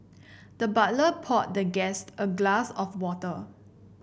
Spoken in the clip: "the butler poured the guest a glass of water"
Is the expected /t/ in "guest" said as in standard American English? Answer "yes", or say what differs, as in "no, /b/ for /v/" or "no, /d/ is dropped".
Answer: yes